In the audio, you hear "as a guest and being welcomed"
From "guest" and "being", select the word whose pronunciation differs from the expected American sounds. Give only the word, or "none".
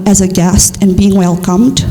none